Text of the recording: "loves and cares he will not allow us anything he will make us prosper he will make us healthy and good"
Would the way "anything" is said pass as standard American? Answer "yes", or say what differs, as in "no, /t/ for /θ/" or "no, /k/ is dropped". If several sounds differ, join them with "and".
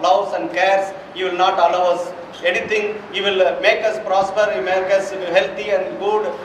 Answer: no, /t/ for /θ/